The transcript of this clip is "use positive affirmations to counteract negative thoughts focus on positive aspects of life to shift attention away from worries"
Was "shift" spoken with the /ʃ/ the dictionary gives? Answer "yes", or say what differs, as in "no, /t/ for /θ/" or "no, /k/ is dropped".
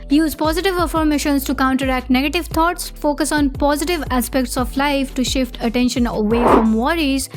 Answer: yes